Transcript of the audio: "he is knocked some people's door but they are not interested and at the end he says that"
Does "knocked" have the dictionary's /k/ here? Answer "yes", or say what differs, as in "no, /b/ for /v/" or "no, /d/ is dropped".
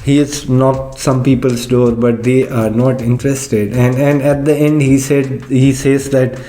no, /k/ is dropped